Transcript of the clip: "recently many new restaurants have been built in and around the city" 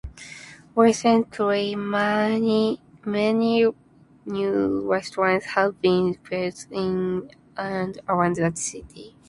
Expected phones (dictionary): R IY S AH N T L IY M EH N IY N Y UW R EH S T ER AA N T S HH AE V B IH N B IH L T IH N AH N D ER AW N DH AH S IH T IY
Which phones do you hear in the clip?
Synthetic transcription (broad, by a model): W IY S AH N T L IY M EH N IY N Y UW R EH S T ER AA N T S HH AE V B IH N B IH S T IH N AH N D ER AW N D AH S IH T IY